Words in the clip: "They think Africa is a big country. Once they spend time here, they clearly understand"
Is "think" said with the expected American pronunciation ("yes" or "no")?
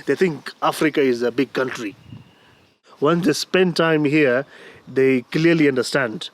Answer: no